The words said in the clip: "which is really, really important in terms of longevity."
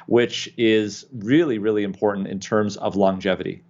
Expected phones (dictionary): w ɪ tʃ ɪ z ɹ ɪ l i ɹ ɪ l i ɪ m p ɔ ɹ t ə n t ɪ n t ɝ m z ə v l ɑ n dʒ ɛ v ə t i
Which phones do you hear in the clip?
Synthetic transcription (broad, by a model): w ɪ tʃ ɪ z ɹ ɪ l i ɹ ɪ l i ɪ m p ɔ ɹ t n t ɪ n t ɝ m z ə v l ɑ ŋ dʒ ɛ v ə t i